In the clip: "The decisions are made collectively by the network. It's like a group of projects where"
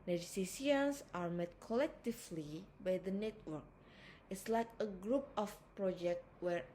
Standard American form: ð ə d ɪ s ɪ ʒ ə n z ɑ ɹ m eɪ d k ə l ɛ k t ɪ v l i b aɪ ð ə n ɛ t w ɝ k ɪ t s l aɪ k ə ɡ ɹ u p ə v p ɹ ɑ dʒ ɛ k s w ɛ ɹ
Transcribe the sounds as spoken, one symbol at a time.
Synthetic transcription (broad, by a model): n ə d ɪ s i s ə n s ɑ ɹ m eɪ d k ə l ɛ k t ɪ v l i b aɪ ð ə n ɛ t w ɝ k ɪ t s l aɪ k ə ɡ ɹ u p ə f p ɹ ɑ dʒ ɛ k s w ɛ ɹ